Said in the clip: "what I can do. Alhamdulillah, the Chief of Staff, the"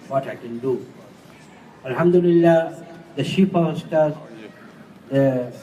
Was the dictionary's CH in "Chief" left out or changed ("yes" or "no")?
yes